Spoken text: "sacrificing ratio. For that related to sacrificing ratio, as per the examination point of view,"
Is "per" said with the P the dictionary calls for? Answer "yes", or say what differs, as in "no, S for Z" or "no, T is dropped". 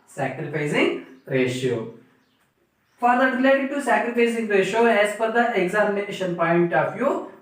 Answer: no, F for P